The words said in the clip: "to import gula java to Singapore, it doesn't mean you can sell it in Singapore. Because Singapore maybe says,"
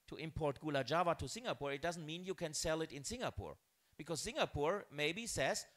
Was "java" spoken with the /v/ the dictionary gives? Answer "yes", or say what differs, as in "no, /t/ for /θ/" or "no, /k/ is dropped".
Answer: yes